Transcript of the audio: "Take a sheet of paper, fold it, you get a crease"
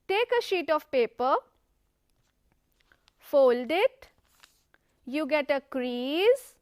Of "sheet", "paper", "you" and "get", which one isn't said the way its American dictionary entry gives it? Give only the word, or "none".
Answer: none